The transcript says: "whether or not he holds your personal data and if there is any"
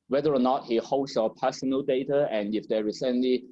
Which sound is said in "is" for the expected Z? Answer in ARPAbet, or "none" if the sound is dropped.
S